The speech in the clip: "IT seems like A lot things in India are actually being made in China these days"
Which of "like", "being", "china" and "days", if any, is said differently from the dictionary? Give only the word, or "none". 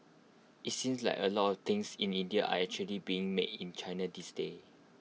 days